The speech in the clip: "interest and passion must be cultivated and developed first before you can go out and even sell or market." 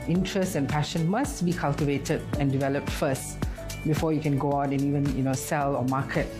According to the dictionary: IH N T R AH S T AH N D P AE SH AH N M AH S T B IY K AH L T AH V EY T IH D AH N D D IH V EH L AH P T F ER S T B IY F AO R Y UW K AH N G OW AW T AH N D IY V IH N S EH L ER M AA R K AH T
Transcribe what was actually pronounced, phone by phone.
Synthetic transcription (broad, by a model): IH N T R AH S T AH N P AE SH AH N M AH S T B IY K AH L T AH V EY T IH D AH N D D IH V EH L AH P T F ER S T B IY F AO Y UW K AH N G OW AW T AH N IY V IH N S EH L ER M AA K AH T